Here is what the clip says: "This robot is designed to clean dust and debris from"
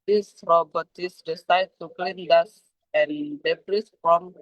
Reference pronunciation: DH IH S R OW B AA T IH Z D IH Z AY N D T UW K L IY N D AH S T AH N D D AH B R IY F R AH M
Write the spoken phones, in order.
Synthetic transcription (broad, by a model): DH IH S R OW B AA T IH S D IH S AY D T UW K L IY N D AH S AH N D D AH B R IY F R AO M